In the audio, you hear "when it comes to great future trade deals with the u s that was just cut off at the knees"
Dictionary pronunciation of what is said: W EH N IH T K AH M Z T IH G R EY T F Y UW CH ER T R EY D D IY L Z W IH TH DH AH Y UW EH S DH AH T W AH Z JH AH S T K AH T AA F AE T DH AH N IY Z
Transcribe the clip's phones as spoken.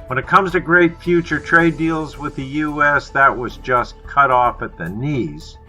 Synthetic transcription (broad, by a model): W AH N IH T K AH M Z T IH G R EY T F Y UW CH ER T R EY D D IY L Z W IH DH AH Y UW EH S DH AH T W AH Z JH AH S K AH T AA F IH T DH AH N IY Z